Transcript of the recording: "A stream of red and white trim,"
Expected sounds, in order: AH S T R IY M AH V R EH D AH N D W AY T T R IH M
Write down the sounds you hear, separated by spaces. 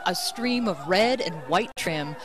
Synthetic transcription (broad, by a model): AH S T R IY M AH V R EH D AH N W AY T T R IH M